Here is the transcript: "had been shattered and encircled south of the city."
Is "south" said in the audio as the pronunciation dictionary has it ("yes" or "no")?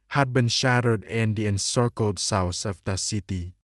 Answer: no